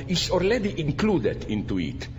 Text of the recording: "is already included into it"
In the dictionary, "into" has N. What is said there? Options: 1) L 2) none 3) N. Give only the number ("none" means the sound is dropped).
3